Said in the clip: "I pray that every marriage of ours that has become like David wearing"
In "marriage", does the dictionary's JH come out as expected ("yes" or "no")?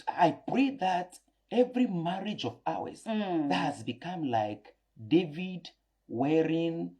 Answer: yes